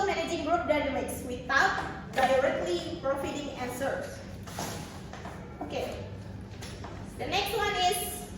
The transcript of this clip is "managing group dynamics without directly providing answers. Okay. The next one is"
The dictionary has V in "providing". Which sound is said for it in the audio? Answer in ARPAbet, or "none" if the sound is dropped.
F